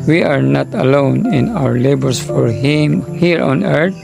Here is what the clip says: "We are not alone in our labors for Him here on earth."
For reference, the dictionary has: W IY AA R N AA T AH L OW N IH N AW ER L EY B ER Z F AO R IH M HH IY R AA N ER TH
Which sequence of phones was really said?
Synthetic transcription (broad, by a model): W IY AA R N AA T AH L OW N IH N AW ER L EY B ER S F AO R IH M HH IY R AA N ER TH